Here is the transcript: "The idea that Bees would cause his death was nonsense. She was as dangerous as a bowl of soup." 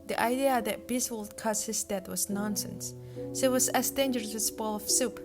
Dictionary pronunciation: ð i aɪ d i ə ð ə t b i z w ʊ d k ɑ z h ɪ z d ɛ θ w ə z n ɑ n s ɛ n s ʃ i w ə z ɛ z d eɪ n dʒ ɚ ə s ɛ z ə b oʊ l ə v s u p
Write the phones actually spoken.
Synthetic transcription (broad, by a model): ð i aɪ d i ə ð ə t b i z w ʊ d k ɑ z h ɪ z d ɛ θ w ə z n ɑ n s ɛ n s s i w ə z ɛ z d eɪ n dʒ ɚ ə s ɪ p ə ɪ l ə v s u p